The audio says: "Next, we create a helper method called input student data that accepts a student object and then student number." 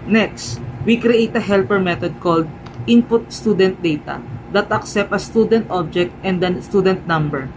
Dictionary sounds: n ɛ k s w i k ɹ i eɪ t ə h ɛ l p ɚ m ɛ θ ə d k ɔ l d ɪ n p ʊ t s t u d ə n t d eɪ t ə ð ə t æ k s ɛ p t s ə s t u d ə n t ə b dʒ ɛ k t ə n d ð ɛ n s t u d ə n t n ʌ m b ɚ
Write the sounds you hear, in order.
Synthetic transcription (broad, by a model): n ɛ k s w i k ɹ i eɪ t ə h ɛ l p ɚ m ɛ t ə d k ɔ l d ɪ n p ʊ t s t u d ə n t d eɪ t ə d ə t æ k s ɛ p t ə s t u d ə n t ə b dʒ ɛ k t ə n d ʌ s t u d ə n t n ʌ m b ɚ